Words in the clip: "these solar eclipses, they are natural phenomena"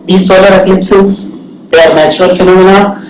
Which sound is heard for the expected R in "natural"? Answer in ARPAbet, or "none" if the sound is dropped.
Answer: none